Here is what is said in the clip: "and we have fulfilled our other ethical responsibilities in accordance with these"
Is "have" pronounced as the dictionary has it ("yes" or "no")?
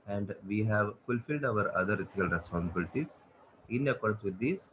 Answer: yes